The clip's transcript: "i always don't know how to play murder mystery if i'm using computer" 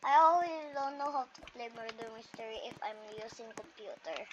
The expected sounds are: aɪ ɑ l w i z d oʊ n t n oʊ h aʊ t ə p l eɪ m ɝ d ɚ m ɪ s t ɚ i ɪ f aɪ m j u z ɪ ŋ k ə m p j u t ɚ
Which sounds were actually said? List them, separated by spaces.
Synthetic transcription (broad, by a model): aɪ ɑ l w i s d oʊ n t n oʊ h aʊ t ə p l eɪ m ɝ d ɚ m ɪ s t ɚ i ɪ f aɪ m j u s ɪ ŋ k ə m p j u t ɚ